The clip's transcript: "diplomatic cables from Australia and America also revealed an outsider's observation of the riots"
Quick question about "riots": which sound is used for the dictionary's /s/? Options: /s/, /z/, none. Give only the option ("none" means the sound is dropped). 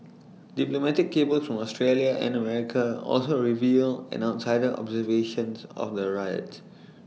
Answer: none